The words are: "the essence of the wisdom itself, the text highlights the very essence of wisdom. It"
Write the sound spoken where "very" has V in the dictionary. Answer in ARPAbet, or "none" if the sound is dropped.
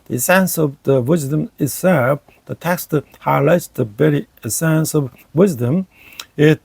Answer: B